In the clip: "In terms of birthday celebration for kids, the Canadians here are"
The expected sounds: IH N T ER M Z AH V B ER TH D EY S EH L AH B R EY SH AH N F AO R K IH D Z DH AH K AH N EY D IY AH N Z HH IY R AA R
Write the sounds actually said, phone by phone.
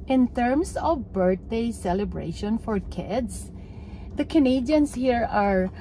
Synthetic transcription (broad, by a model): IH N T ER M S AH V B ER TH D EY S EH L AH B R EY SH AH N F AO R K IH D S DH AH K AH N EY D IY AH N S HH IY R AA R